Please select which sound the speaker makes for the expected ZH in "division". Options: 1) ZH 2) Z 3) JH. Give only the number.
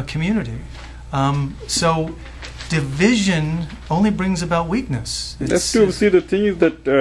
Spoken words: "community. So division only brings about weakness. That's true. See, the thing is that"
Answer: 1